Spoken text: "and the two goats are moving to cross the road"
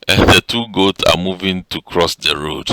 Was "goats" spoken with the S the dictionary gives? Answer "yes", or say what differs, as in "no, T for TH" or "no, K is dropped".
yes